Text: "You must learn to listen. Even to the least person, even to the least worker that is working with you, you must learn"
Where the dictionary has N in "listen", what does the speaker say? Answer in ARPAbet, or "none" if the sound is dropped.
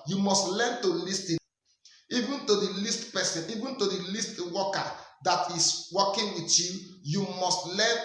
none